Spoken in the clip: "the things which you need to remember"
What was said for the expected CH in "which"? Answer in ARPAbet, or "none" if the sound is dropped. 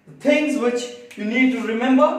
CH